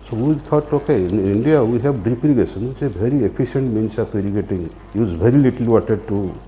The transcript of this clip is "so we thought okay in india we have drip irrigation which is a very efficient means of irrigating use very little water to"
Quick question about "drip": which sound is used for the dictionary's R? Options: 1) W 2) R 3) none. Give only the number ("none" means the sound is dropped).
3